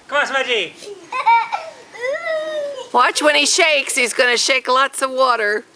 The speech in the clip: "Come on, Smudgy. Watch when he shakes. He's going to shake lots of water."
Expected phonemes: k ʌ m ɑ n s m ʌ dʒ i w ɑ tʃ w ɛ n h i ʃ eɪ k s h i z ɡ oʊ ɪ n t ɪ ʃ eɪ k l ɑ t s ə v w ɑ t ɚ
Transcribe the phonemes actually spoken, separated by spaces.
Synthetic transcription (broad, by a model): k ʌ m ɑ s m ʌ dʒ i w ɑ tʃ w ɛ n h i ʃ eɪ k s h i z ɡ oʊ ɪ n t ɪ ʃ eɪ k l ɑ t s ə v w ɑ t ɚ